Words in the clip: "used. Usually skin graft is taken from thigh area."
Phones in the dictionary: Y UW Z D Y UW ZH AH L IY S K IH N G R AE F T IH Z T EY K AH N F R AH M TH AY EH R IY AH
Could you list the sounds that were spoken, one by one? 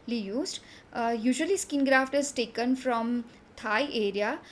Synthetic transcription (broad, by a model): Y UW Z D Y UW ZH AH L IY S K IH N G R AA F T IH Z T EY K AH N F R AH M T AY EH R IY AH